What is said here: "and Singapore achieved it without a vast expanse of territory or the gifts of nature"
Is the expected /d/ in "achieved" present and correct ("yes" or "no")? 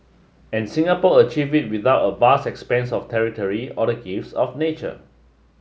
no